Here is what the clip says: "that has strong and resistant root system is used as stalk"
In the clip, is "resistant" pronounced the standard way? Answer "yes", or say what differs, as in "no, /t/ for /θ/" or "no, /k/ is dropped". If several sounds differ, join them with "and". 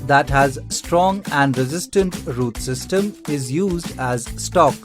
yes